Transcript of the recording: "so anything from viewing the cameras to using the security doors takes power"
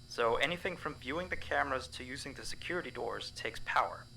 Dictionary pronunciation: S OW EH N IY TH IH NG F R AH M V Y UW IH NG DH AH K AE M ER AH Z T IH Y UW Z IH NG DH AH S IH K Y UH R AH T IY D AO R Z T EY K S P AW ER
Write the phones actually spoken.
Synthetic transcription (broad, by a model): S OW EH N IY TH IH NG F R AH M V Y UW IH NG DH AH K AE M ER AH Z T IH Y UW Z IH NG DH AH S IH K Y UH R AH T IY D AO R Z T EY K S P AW ER